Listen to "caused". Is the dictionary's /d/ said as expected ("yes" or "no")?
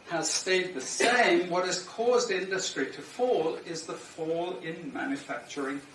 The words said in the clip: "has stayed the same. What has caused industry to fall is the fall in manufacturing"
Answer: yes